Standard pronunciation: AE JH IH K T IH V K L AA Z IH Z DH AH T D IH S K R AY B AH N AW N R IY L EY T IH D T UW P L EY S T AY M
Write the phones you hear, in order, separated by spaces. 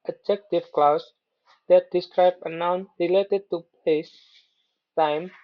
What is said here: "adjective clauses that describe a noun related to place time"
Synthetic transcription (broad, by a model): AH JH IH K T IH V K L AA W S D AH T D IH S K R AY B AH N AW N R IY L EY T IH D T UW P EY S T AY M